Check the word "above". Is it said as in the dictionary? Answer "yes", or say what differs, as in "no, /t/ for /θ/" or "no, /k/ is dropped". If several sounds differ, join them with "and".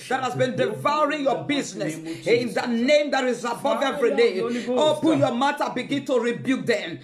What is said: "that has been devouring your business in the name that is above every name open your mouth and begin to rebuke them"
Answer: yes